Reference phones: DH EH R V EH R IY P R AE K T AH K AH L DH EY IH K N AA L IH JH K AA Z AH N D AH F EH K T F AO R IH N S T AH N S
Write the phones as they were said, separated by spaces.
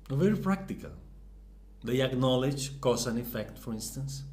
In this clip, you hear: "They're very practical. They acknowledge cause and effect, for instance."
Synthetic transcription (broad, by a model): V EH R IY P R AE K T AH K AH L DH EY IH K N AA L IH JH K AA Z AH N AH F EH K T F AO R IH N S T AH N S